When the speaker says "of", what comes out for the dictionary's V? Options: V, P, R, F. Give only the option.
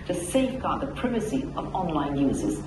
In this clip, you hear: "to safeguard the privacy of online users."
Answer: V